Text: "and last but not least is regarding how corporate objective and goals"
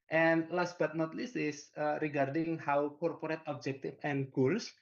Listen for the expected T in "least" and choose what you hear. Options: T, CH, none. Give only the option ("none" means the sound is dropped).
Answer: none